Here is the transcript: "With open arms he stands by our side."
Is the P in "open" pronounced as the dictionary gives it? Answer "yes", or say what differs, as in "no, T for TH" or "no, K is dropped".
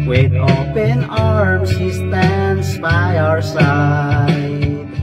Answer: yes